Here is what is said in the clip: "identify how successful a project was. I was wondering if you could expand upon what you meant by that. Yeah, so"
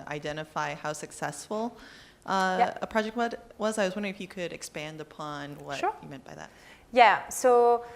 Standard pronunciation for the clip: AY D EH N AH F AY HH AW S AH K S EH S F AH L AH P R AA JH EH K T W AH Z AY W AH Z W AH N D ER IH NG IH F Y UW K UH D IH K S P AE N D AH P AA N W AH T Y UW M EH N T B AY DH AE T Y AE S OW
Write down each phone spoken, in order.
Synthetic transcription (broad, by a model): AY D EH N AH F AY HH AW S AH K S EH S F AH AH P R AA JH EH K T W AH Z AY W AH Z W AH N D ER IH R IH F Y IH K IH D IH K S P AE N D AH P AA N W AH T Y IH M EH N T B AY DH AE T Y AE S OW